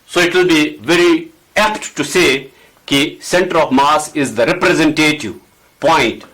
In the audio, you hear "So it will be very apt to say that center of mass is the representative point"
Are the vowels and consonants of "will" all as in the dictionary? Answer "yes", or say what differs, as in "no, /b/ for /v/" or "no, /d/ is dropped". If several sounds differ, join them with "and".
yes